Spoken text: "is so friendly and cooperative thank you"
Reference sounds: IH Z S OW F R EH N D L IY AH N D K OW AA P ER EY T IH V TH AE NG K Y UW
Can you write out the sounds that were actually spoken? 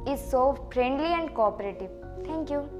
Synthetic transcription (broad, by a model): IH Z S OW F R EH N D L IY AH N D K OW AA P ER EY T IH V T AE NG K Y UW